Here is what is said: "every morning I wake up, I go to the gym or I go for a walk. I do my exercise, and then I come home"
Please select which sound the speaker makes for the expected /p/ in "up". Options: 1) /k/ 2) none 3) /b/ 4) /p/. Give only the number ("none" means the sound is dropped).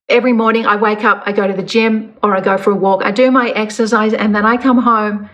4